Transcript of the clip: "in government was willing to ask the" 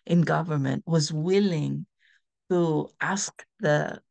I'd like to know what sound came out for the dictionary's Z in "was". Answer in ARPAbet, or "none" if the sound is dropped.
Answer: Z